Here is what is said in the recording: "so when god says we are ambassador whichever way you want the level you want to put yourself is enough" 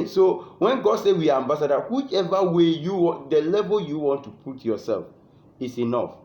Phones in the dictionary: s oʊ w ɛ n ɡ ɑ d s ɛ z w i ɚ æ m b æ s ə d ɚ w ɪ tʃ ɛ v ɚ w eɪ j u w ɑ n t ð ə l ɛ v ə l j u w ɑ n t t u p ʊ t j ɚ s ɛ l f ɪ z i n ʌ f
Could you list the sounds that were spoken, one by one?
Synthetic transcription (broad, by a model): s oʊ w ɛ n ɡ ɑ d s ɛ w i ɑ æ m b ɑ s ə d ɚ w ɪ tʃ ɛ v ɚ w eɪ j u w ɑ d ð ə l ɛ v ə l j u w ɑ n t t u p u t j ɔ s ɛ l f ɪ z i n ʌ f